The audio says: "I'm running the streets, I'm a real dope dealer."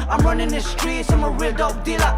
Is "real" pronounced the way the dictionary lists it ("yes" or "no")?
no